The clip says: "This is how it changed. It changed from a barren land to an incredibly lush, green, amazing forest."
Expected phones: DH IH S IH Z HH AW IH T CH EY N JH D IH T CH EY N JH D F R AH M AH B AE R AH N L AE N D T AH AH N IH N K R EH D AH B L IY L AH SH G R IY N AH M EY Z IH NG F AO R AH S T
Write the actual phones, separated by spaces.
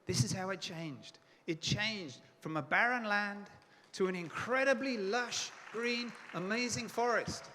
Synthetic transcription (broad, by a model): DH IH S IH Z HH AW IH T CH EY N JH D IH T CH EY N JH D F R AH M AH B AE R AH N L AE N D T AH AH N IH N K R EH D AH B L IY L AH SH G R IY N AH M EY Z IH NG F AO R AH S T